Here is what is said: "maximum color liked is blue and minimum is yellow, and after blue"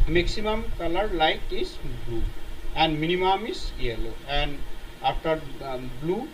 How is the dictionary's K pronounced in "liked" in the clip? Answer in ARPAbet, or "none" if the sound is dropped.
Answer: none